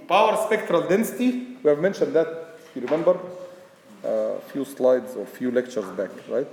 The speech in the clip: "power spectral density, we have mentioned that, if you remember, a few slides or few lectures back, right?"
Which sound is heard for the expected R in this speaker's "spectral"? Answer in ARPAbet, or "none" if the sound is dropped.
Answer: R